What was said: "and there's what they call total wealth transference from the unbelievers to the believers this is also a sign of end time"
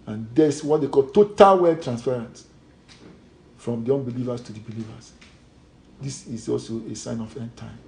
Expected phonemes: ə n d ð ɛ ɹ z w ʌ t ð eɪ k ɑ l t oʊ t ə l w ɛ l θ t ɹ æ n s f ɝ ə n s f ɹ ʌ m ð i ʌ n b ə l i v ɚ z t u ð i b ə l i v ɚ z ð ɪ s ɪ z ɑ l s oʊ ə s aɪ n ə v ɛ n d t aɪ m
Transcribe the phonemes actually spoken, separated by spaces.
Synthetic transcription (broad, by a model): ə n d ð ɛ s w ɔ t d eɪ k ɑ l t oʊ t ə l w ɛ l t ɹ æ n s p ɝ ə n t f ɹ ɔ m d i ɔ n b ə l i v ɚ s t u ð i b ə l i v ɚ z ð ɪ s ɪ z ɑ l s oʊ ə s aɪ n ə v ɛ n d t aɪ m